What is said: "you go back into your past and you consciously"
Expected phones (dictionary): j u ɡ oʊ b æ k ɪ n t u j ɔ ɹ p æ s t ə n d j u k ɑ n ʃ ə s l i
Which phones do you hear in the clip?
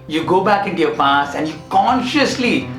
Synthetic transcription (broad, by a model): j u ɡ oʊ b æ k ɪ n t u j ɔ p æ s ə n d j u k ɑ n ʃ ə s l i